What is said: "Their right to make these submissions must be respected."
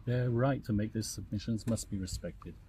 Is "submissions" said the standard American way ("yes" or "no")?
yes